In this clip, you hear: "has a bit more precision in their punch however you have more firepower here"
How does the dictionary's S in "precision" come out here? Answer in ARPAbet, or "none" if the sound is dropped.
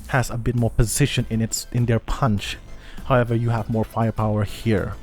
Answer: SH